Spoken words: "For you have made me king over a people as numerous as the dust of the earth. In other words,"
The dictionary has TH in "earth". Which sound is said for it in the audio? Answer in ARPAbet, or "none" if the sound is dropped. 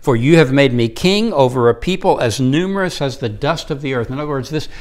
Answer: TH